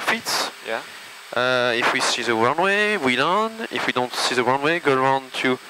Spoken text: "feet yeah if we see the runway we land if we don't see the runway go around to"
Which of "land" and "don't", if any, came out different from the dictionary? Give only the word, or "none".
land